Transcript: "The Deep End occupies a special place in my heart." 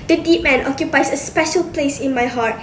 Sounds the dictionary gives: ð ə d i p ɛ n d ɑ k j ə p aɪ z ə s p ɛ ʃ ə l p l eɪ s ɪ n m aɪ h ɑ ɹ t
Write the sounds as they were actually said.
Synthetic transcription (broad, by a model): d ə d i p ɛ n ɑ k j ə p aɪ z ə s p ɛ ʃ ə l p l eɪ s ɪ n m aɪ h ɑ t